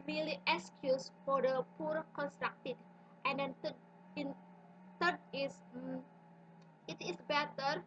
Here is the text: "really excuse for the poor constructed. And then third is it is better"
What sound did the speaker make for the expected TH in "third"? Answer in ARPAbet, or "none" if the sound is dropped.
T